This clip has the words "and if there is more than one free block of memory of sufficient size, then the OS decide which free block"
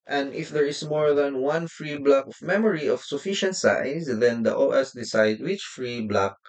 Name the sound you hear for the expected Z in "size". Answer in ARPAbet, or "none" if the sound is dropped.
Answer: S